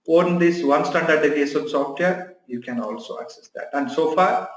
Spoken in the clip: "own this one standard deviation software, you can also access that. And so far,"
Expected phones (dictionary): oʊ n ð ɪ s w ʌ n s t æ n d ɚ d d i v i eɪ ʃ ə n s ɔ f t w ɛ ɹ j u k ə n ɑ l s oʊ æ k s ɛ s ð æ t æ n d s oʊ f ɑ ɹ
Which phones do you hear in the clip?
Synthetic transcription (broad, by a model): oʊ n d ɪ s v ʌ n s t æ n d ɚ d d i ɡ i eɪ s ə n s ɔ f t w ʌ ɹ j u k ə n ɑ l s oʊ æ k s ɛ s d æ t æ n d s oʊ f ɑ ɹ